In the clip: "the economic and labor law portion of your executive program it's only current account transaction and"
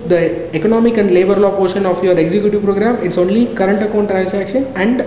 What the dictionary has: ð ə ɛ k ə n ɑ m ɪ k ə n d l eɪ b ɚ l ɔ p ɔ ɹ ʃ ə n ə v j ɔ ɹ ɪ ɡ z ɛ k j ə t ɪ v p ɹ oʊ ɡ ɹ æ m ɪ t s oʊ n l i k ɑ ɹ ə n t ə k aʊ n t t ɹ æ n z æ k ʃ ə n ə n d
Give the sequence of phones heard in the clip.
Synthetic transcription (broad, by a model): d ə ɛ k ə n ɑ m ɪ k ə n d l eɪ b ɚ l ɔ p ɔ ɹ ʃ ə n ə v j ɔ ɹ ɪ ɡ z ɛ k j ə t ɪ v p ɹ oʊ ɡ ɹ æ m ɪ t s oʊ n l i k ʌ ɹ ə n t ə k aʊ n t t ɹ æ n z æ k ʃ ə n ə n d